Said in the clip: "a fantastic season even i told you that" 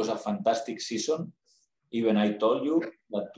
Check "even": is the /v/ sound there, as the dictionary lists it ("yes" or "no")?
no